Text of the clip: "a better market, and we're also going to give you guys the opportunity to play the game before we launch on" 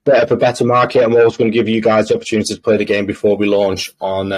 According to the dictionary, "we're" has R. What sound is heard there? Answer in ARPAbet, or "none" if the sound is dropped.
W